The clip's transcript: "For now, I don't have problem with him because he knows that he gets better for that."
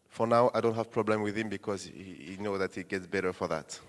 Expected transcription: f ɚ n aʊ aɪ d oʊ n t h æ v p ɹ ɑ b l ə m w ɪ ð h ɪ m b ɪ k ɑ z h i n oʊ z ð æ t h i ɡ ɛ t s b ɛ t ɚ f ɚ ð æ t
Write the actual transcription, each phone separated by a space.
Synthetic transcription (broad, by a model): f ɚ n aʊ aɪ d oʊ n t h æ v p ɹ ɑ b l ə m w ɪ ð h ɪ m b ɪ k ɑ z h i n oʊ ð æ t h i ɡ ɛ t s b ɛ t ɚ f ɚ ð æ t